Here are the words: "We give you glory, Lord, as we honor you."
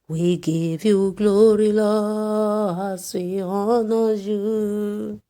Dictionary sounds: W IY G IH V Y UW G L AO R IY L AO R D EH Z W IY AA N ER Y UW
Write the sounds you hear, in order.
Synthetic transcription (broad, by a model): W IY G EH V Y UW G L AO R IY L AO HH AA S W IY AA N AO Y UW